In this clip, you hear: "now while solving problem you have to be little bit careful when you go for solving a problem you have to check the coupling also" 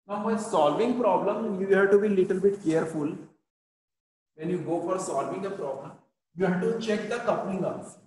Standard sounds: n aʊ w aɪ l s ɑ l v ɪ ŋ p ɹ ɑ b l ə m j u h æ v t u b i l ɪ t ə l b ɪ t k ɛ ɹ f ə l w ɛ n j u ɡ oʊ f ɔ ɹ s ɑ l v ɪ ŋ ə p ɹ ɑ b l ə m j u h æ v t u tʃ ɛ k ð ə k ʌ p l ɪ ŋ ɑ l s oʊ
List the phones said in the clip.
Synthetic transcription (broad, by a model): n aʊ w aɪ s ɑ l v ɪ ŋ p ɹ ɑ b l ə m j u h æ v t u b i l ɪ t ə l b ɪ t k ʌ ɹ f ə l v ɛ n j u ɡ oʊ f ɔ ɹ s ɑ l v ɪ ŋ ə p ɹ ɑ b l ə m j u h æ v t u tʃ ɛ k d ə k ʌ p n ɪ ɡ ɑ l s